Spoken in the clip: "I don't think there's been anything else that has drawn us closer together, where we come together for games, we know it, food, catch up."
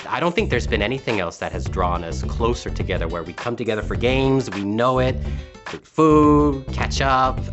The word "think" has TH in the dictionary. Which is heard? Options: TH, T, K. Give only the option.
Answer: TH